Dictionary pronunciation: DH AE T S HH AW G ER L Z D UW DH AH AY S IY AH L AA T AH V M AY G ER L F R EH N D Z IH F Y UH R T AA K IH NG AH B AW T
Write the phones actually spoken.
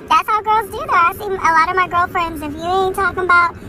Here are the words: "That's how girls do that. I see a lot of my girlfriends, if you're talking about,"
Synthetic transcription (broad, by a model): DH AE T S HH AW G ER L Z D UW DH AH AY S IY AH L AA T AH V M AY G ER L F R EH N D Z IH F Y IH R T AA K IH NG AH B AW T